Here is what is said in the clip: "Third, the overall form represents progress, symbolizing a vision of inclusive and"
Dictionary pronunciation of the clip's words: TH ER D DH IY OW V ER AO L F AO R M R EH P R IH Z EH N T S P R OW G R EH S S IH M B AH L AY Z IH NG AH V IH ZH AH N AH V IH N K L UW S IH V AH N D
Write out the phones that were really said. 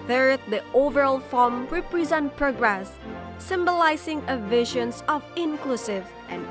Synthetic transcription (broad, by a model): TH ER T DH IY OW V ER AO L F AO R M R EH P R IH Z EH N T P R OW G R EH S S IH M B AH L AY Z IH NG AH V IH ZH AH N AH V IH N K L UW S IH V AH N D